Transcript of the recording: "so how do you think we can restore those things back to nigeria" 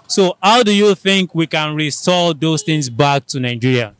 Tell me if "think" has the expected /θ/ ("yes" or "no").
yes